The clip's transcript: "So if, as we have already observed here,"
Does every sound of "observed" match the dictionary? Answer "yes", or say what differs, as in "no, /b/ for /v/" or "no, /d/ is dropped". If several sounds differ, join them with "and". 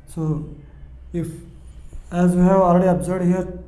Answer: no, /v/ is dropped